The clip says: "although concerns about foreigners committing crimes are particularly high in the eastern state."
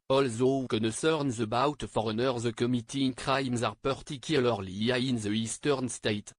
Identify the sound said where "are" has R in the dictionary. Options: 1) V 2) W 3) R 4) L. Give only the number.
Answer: 3